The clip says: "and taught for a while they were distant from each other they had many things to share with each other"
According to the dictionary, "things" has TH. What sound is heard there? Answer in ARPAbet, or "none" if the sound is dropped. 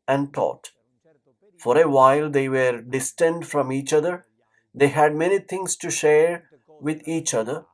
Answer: T